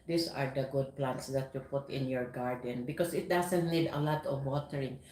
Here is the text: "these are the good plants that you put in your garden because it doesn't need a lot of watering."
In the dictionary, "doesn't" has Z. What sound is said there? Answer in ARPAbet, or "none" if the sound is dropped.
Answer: S